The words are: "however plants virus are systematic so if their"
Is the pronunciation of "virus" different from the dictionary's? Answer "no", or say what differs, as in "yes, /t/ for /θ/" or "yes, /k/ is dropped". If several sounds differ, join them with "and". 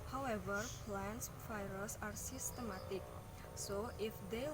yes, /f/ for /v/